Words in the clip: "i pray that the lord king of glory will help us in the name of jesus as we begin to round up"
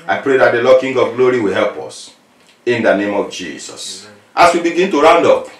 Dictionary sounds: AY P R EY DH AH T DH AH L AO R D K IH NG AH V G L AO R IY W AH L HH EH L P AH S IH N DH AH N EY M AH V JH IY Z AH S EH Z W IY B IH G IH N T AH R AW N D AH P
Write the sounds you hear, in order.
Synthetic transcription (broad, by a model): AY P R EY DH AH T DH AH L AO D K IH NG AH V G L AO R IY W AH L HH EH L P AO S IH N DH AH N EY M AH V JH IY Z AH S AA S W IY B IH G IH N T AH R AW N D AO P